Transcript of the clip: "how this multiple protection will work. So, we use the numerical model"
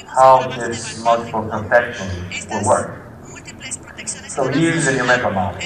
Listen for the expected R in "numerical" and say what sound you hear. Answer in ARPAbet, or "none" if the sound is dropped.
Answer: L